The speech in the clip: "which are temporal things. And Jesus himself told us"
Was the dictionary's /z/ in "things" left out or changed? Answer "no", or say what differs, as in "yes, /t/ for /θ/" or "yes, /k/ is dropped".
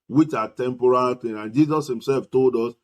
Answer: yes, /z/ is dropped